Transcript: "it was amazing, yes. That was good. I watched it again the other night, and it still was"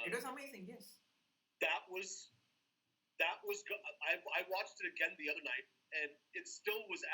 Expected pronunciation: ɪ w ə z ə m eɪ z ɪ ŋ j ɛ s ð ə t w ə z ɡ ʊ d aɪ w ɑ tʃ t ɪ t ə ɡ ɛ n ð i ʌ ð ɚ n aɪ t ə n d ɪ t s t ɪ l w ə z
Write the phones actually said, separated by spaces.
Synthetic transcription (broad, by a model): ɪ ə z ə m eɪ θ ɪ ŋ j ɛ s ð ə t w ə z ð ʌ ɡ aɪ w ɑ tʃ t ɪ t ə ɡ ɛ n ð i ʌ ð ɚ n aɪ t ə n ɪ t s t ɪ l w ə z